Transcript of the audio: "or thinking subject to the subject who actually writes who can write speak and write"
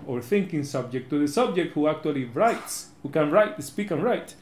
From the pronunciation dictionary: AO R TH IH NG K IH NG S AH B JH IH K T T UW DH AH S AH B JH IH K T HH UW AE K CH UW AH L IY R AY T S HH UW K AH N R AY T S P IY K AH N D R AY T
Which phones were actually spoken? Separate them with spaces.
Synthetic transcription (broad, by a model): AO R TH IH NG K IH NG S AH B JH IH K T T UW DH AH S AH B JH IH K T HH UW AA K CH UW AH L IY R AY T S HH UW K AH N R AY T S P IY K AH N R AY T